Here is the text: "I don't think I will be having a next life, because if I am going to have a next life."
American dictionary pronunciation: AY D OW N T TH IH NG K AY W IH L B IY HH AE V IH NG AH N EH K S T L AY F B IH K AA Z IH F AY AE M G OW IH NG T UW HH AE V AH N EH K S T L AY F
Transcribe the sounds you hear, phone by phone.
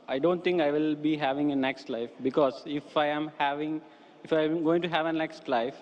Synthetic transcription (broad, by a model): AY D OW N T T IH NG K AY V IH L B IY HH AE V IH NG AH N EH K S T L AY F B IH K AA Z IH F AY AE M G OW IH NG T UW HH AE V AH N EH K S T L AY F